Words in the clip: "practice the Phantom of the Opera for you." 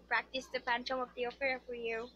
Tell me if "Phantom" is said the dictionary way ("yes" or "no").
no